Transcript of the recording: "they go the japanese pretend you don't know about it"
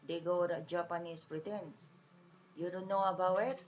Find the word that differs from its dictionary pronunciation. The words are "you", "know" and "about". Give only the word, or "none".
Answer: about